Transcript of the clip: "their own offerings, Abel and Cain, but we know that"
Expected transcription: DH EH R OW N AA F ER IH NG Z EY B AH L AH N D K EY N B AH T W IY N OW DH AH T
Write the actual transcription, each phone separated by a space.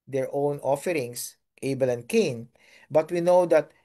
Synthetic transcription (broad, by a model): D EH R OW N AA F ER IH NG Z EY B AH L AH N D K EY N B AH T W IY N OW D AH T